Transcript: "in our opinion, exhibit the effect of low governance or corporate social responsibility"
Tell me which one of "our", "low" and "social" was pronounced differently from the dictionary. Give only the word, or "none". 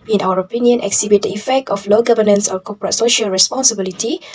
none